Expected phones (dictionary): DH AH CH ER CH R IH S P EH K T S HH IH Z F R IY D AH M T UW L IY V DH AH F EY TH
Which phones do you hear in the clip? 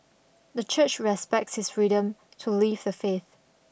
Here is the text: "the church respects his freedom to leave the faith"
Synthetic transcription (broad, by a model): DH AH CH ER CH R IH S P EH K T S HH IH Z F R IY D AH M T UW L IY V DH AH F EY TH